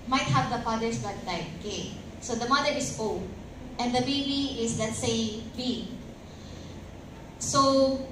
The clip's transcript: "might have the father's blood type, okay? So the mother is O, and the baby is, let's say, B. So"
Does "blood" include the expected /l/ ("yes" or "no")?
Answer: no